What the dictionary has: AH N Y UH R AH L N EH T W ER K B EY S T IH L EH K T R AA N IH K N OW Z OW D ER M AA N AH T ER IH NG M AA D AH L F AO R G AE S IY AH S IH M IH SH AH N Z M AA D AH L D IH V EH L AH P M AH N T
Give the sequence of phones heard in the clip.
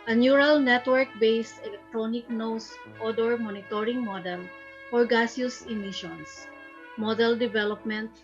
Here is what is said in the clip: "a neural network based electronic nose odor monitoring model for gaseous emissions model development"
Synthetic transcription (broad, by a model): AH N Y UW R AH L N EH T W ER K B EY S T IH L EH K T R AA N IH K N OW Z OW D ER M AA N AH T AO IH NG M AA D AH L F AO R G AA S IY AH S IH M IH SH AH N S M AA D AH L D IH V EH L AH P M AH N T